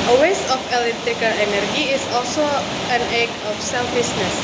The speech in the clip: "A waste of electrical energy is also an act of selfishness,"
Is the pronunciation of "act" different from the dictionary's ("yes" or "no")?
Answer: yes